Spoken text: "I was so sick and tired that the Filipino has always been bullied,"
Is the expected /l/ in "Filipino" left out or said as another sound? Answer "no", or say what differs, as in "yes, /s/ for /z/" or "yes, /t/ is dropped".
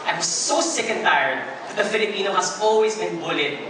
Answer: no